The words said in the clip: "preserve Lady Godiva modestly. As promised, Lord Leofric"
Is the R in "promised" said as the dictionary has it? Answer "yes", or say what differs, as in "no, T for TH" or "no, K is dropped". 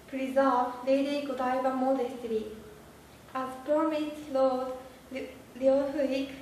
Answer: no, R is dropped